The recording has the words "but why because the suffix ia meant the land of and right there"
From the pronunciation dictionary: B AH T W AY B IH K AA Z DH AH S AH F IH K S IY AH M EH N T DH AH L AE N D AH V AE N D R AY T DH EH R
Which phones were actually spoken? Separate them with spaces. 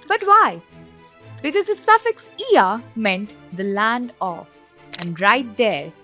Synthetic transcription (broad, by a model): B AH T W AY B IH K AA Z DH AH S AH F IH K S IY AH M EH N T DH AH L AE N D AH F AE N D R AY T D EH R